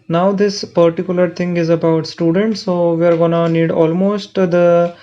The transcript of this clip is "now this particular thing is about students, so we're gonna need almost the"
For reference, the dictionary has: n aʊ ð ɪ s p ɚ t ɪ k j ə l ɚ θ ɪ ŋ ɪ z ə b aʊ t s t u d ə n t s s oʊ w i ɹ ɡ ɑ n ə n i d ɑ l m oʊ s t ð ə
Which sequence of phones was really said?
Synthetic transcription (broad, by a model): n aʊ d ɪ s p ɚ t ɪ k j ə l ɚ t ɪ ŋ ɪ z ə b aʊ t s t u d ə n t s s oʊ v i ɹ ɡ ɑ n ə n i d ɑ l m oʊ s t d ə